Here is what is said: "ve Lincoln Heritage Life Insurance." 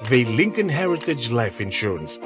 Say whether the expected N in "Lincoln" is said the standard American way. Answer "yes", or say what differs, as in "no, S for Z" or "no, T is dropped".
yes